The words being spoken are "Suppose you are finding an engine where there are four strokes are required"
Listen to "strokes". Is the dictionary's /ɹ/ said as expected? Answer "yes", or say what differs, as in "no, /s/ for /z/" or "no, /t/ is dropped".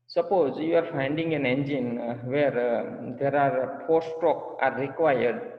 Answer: no, /ɹ/ is dropped